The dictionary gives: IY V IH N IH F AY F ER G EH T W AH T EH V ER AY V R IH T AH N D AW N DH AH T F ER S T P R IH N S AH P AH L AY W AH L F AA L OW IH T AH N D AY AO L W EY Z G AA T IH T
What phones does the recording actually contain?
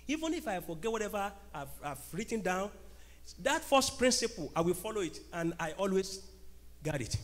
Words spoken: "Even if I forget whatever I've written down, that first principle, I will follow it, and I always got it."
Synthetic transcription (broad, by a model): IY V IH N IH F AY F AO G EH T W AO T EH V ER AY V R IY T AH N D AW N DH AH T F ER S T P R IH N S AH P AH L AY W AH L F AA L OW IH T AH N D AY AO L W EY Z G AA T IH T